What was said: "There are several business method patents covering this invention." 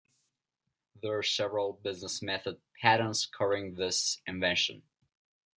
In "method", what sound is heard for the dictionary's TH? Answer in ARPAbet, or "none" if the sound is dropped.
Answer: TH